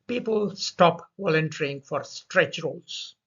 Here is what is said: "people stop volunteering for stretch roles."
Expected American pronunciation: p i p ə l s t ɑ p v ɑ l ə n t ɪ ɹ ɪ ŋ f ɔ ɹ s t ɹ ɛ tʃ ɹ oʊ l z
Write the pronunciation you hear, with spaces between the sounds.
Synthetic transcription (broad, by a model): p i p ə l s t ɑ p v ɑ l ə n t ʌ ɹ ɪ ŋ f ɔ ɹ s t ɹ ɛ tʃ ɹ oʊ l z